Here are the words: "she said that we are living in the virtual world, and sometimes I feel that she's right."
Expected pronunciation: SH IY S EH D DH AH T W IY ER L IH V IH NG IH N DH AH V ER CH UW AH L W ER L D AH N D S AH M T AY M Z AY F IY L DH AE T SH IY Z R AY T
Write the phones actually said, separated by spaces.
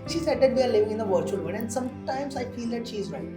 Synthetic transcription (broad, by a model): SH IY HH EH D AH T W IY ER L IH V IH NG IH N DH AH V ER CH UW AH L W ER N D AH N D S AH M T AY M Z AY F IY L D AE T SH IY Z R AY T